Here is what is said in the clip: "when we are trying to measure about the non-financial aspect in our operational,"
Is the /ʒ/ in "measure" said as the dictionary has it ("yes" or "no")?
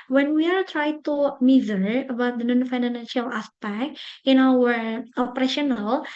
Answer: no